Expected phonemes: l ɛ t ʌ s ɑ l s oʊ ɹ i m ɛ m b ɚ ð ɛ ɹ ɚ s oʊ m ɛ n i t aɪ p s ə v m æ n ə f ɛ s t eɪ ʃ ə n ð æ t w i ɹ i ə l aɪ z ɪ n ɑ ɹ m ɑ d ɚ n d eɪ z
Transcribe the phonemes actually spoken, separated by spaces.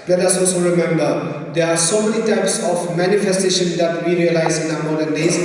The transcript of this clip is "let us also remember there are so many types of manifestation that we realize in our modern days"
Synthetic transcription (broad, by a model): l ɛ t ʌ s ɑ l s oʊ ɹ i m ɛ m b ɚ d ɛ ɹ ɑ s oʊ m ɛ n i t aɪ p s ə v m æ n ə f ɛ s t eɪ ʃ ə n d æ t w i ɹ i ə l aɪ z ɪ n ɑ m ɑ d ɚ n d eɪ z